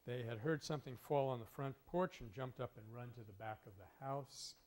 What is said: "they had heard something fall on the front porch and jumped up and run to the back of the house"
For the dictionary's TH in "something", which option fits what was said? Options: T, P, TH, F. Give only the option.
TH